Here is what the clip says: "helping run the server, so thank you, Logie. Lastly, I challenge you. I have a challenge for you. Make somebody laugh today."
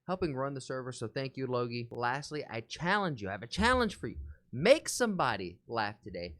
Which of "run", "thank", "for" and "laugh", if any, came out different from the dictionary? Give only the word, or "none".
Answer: none